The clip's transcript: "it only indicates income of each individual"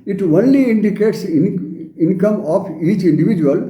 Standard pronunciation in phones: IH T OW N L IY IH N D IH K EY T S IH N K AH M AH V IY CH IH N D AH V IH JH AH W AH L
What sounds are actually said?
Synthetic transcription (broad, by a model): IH T OW N L IY IH N D IH K EY T S IH N K AH M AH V IY CH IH N D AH V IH JH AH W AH L